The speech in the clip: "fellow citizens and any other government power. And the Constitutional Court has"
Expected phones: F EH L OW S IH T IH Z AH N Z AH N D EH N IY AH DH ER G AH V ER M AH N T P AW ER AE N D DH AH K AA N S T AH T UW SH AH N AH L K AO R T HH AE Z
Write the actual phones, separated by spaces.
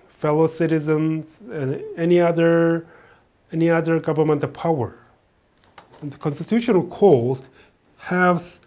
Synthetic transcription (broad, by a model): F EH L OW S IH T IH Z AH N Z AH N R EH N IY AH DH ER G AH V ER M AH N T P AW ER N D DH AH K AA N S T AH T UW SH AH N AH L K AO L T HH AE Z